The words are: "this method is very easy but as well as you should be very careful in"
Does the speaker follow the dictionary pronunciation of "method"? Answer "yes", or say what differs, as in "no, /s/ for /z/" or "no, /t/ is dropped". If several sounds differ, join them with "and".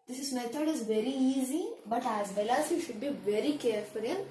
no, /t/ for /θ/